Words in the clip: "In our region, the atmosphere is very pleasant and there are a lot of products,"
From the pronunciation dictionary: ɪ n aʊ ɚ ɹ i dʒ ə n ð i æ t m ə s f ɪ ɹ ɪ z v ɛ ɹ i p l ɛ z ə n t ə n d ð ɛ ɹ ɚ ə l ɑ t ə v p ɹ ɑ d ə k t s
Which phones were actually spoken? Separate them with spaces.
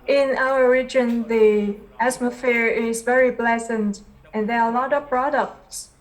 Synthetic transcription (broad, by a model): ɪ n aʊ ɚ ɹ i dʒ ə n ð i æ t m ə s f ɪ ɹ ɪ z v ɛ ɹ i b l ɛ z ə n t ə n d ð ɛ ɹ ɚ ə l ɑ t ə v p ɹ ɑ d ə k t s